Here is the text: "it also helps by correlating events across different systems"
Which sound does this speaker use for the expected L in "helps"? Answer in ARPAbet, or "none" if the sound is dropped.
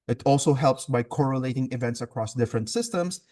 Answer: L